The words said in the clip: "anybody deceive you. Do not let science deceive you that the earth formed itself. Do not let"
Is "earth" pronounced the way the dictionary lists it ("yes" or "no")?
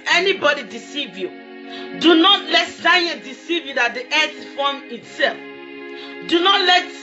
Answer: no